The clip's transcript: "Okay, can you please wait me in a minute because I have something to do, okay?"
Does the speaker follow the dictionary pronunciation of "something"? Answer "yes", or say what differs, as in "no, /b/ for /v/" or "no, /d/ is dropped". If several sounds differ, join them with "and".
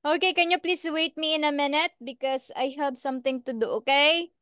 no, /t/ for /θ/